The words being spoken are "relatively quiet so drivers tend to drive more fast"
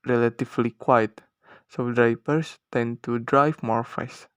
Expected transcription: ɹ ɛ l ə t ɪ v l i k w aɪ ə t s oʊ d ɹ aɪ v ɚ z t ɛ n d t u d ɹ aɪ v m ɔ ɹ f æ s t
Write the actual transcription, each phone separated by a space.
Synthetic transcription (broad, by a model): ɹ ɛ l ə t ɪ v l i k w aɪ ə t s oʊ d ɹ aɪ p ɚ s t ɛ n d t u d ɹ aɪ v m ɔ ɹ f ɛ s